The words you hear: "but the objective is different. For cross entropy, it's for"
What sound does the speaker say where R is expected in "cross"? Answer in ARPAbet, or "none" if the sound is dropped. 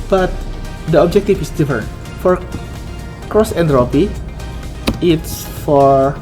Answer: R